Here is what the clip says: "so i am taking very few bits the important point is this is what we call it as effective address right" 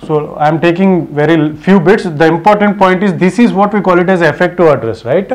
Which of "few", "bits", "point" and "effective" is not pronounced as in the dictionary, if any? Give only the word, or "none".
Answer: effective